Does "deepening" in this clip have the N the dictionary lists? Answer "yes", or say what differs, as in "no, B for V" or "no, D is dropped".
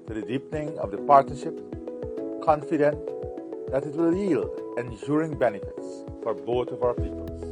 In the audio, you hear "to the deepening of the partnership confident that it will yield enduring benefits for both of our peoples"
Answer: yes